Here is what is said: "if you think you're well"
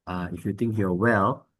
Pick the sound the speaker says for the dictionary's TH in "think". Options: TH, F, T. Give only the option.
T